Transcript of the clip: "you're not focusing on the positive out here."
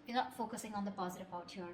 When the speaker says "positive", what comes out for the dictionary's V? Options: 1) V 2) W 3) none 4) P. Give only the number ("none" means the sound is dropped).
4